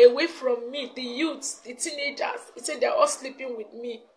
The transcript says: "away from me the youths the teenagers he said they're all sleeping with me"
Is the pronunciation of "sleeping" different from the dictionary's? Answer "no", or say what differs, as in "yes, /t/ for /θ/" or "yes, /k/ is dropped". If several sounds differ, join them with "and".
no